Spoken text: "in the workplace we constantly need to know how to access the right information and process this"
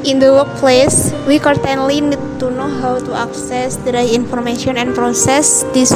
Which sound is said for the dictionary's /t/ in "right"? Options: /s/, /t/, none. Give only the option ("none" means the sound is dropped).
none